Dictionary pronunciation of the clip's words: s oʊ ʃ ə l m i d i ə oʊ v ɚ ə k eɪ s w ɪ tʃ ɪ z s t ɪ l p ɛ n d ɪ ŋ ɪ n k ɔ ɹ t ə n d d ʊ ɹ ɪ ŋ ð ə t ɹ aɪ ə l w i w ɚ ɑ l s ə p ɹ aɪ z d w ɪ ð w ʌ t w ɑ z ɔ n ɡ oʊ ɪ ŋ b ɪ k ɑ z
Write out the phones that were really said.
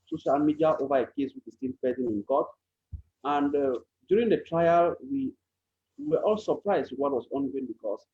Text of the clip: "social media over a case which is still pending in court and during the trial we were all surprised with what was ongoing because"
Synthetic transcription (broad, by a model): s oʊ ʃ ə l m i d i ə oʊ v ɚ ə k eɪ s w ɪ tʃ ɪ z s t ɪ n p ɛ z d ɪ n ɪ n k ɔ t ə n d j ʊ ɹ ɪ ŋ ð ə t ɹ aɪ ə l w i w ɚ ɑ l s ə p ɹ aɪ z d w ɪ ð w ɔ t w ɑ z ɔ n ɡ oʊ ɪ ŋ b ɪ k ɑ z